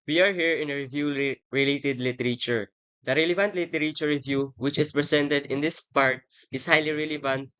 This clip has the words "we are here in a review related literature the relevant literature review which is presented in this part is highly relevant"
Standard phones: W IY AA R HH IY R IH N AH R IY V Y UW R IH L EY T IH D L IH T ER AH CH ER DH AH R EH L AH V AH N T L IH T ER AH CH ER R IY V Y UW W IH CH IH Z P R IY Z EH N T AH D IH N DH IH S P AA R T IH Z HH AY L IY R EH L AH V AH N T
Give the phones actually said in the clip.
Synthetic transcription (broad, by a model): W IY AA R HH IY R IH N AH R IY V Y UW R IH L EY T IH D L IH T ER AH CH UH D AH R EH L AH V AH N T L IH T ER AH CH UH R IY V Y UW W IH CH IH S P R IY S EH N T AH D IH N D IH S P AA R T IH S HH AY L IY R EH L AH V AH N T